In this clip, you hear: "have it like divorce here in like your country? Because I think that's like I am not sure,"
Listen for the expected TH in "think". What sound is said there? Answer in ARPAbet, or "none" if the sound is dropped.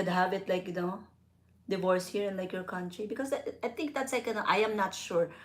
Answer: T